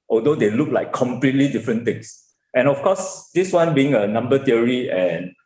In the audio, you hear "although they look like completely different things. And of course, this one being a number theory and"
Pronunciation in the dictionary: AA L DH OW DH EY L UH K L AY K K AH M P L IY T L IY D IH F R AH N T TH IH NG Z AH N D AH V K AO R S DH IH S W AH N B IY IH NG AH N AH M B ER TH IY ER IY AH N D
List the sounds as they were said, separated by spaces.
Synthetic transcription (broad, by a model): AA L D OW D EY L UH K L AY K K AH M P L IY T L IY D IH F R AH N T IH NG S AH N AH F K AO S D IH S W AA N B IY IH NG AH N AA M B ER T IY ER IY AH N